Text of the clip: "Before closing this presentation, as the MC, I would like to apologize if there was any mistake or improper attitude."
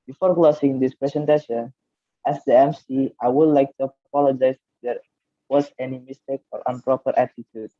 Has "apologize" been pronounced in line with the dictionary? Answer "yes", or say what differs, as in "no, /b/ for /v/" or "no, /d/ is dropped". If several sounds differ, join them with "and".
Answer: no, /z/ is dropped